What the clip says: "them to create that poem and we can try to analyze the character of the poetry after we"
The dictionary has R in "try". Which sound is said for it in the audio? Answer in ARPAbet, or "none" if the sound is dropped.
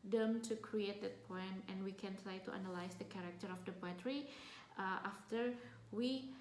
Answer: R